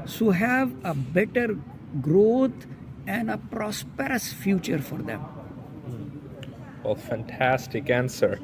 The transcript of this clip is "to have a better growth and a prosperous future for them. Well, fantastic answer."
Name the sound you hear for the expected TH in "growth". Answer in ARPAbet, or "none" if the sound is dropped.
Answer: T